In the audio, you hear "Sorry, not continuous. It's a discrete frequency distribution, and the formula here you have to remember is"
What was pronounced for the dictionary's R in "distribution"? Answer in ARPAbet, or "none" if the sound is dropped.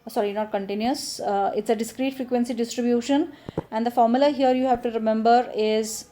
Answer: R